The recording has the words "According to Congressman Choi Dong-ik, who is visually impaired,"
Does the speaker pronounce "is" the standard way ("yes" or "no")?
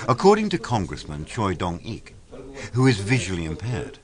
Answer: yes